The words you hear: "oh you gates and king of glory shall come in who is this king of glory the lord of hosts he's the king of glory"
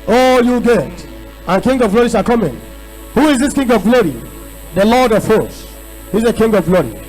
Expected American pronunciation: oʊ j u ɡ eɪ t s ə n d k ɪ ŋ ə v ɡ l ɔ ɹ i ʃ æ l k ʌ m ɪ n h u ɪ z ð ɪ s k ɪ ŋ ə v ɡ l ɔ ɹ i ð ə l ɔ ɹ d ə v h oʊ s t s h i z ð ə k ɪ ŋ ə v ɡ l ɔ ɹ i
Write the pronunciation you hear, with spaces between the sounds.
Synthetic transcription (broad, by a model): oʊ j u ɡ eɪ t ə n k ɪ ŋ ə v ɡ l ɔ ɹ i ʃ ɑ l k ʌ m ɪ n h u ɪ z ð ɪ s k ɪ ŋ ə v ɡ l ɔ ɹ i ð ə l ɔ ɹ d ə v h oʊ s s h i z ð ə k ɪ ŋ ə v ɡ l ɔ ɹ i